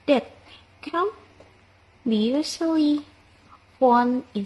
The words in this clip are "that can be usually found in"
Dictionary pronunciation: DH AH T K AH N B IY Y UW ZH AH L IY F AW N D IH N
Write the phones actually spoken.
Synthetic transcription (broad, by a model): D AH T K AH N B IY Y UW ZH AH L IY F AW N IH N